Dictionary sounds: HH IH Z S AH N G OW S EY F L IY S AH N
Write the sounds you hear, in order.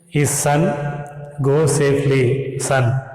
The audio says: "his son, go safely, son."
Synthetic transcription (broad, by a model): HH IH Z S AH N G OW S EY P L IY S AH N